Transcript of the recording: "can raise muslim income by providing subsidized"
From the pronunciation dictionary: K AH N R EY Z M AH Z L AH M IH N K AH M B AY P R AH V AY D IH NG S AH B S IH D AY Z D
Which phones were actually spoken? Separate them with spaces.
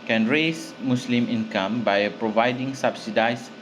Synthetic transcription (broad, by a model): K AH N R EY S M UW S L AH M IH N K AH M B AY P R AH V AY D IH NG S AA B S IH D AY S